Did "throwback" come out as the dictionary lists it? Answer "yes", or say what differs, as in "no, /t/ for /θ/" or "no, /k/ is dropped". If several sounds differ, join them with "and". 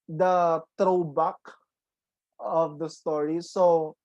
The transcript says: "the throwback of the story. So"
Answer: no, /t/ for /θ/